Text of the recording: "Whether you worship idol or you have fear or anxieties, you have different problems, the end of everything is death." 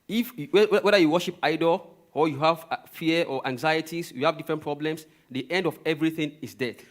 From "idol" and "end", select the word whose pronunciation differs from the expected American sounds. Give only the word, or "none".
none